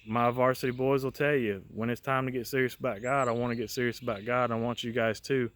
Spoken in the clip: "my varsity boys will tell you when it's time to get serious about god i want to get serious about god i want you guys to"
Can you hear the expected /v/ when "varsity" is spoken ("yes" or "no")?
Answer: yes